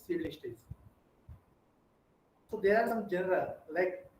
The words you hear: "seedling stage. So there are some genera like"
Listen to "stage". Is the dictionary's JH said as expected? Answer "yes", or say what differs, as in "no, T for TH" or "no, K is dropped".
no, Z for JH